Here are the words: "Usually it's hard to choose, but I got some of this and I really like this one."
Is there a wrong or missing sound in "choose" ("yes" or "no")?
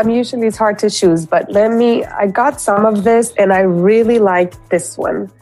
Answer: no